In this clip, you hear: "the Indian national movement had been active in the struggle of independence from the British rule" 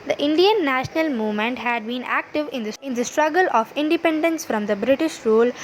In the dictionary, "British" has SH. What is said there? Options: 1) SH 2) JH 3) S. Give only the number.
1